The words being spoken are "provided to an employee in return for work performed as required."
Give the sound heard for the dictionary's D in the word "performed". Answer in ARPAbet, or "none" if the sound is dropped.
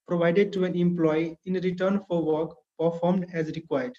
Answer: D